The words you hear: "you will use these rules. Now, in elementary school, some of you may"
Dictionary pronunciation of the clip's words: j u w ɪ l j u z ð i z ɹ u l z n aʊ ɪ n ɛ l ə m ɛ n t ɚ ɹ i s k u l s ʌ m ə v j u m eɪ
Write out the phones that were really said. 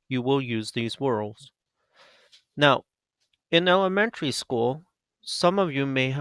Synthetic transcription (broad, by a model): j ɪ w ɪ l j u z ð i z w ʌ l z n aʊ ɪ n ɛ l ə m ɛ n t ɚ ɹ i s k u l s ʌ m ə v j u m eɪ